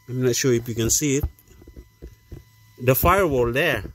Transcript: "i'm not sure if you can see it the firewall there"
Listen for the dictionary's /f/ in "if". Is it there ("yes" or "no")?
no